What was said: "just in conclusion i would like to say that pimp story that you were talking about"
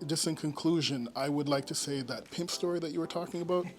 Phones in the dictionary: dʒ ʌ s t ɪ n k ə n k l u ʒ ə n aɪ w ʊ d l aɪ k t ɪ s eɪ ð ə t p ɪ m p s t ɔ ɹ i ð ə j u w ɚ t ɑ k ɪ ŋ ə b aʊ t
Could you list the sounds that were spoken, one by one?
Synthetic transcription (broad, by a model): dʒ ʌ s t ɪ n k ə n k l u ʒ ə n aɪ w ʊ d l aɪ k t ɪ s eɪ ð ə t p ɪ m p s t ɔ ɹ i ð ə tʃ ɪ w ɚ t ɑ k ɪ ŋ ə b aʊ t